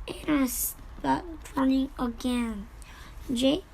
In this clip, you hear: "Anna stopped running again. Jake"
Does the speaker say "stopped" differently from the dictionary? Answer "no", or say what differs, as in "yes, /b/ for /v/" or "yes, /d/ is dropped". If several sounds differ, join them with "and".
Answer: yes, /p/ is dropped